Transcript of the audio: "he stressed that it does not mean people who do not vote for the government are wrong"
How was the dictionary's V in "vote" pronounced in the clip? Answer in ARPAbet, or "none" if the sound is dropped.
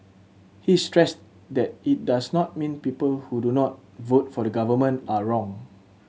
V